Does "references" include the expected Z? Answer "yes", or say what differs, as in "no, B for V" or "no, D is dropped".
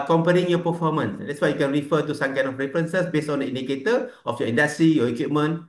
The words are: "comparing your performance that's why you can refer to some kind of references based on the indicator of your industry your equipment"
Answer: no, S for Z